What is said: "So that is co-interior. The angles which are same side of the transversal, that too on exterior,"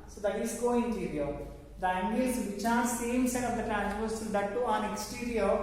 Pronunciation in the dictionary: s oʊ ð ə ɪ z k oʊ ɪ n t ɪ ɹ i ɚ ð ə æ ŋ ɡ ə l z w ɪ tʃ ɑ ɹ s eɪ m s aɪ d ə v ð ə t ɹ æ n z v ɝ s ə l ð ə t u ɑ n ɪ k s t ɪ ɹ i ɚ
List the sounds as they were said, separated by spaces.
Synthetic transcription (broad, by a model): s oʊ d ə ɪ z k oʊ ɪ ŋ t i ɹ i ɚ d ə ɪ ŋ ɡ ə z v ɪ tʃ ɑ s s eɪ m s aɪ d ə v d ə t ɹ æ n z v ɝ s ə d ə t u ɑ n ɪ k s t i ɹ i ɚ